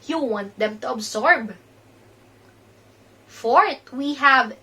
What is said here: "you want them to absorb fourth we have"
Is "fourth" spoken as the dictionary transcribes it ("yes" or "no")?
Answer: no